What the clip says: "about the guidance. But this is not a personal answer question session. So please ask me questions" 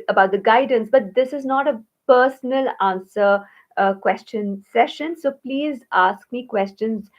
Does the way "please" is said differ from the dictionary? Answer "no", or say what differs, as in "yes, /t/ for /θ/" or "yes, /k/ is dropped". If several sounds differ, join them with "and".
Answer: no